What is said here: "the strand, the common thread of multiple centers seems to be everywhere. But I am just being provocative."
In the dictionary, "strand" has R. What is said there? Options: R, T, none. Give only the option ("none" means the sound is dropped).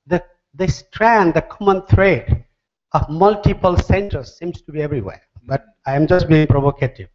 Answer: R